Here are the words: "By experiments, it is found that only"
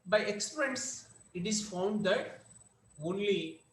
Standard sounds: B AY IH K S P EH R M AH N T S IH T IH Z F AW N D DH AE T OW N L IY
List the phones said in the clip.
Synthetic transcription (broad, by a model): B AY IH K S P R AH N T S IH T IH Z F AW N D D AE T OW N L IY